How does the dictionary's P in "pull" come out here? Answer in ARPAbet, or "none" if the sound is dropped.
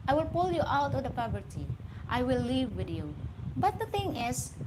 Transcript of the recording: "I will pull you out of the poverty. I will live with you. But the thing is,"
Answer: P